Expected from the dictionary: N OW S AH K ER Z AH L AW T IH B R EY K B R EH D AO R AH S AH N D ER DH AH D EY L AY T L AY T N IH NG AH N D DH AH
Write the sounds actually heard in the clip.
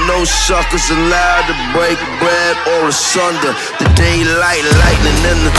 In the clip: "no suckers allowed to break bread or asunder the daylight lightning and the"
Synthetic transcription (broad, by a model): N OW S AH K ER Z AH L AW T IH B R EY K B R EH D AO L AH S AH N D ER DH AH D EY L AY T L AY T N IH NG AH N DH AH